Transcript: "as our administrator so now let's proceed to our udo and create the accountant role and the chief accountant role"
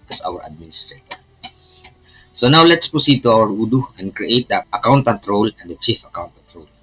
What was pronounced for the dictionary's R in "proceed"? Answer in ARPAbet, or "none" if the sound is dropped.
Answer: none